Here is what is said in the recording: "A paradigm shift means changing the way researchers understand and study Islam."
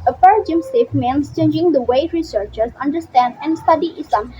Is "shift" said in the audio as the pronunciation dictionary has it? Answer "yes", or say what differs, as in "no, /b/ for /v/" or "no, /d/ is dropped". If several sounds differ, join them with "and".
no, /s/ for /ʃ/